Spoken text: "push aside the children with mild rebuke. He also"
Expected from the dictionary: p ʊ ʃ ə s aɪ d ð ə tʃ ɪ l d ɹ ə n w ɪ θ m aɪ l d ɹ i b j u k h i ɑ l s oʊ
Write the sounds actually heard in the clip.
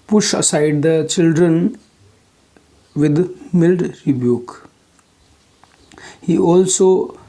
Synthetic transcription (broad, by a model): p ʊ ʃ ə s aɪ d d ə tʃ ɪ l d ɹ ə n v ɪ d m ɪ l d ɹ i b j u k h i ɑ l s oʊ